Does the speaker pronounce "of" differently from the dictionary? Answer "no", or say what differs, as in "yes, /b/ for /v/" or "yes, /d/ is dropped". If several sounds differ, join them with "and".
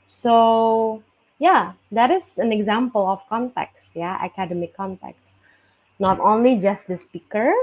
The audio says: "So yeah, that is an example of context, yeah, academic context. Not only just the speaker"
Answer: yes, /f/ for /v/